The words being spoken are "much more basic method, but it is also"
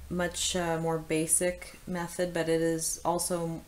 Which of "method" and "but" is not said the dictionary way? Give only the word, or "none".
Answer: none